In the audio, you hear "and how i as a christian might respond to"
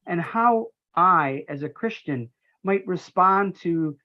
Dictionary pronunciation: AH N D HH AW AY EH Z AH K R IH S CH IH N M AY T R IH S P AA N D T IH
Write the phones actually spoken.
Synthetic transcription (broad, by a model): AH N HH AW AY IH Z AH K R IH S CH IH N M AY T R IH S P AA N T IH